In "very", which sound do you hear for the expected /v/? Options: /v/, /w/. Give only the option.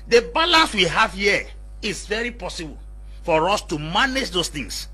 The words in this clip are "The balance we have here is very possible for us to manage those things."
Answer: /v/